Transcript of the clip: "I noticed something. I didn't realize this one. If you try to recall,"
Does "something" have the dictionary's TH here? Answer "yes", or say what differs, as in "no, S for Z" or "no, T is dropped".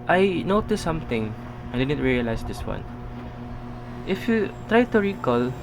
no, T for TH